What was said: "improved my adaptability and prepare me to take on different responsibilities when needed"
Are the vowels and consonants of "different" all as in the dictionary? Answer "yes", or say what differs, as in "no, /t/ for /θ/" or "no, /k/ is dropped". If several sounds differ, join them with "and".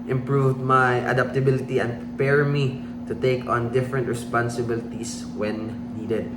yes